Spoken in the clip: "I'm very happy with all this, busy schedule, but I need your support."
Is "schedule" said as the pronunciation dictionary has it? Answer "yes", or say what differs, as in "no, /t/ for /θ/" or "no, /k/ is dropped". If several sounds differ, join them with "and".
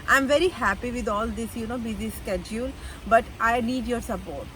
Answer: yes